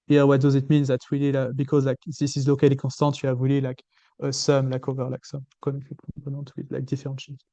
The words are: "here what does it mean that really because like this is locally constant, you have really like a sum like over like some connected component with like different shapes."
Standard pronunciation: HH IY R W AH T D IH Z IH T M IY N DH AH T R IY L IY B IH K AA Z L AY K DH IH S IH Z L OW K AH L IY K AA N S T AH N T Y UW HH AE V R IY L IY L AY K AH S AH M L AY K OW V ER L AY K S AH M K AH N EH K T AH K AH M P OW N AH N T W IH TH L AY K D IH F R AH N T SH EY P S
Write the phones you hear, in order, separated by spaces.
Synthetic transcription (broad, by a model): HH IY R W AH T D IH Z IH T M IY N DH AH T W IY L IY B IH K AA Z L AY K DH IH S IH Z L OW K AH L IY K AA S T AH T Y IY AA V W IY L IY L AY K AH S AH M L AY K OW V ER L AY K S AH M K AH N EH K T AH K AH P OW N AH T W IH L AY K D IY F R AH T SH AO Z